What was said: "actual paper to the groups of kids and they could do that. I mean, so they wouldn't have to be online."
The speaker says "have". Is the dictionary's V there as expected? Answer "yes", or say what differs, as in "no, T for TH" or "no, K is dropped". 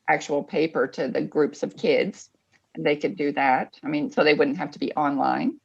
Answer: no, F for V